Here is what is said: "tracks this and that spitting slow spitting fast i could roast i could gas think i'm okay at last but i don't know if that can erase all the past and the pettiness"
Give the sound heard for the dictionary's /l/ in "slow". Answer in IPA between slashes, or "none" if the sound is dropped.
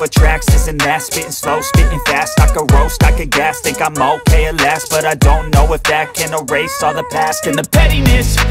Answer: /l/